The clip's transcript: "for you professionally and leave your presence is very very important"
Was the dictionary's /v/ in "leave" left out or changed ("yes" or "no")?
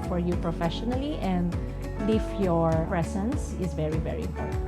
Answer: yes